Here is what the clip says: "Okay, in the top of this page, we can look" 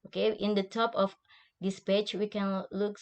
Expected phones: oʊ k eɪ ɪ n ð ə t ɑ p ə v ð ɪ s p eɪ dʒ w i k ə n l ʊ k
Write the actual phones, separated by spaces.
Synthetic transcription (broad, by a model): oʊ k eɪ ɪ n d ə t ɑ p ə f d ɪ s p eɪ tʃ w i k ə n l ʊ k